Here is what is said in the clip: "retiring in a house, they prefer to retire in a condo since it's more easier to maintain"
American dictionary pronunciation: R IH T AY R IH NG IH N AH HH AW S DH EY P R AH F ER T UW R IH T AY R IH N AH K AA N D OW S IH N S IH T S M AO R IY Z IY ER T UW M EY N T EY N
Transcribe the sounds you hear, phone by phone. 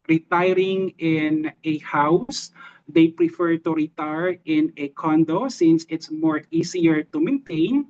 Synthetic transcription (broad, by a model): R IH T AY R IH NG IH N AH HH AW S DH EY P R AH F ER T UW R IH T AY R IH N AH K AA N D OW S IH N S IH T S M AO R IY S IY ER T UW M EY N T EY N